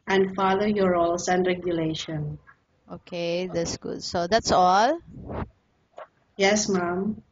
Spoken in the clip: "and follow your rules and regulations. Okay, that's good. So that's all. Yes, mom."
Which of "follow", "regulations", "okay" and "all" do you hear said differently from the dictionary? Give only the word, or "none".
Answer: regulations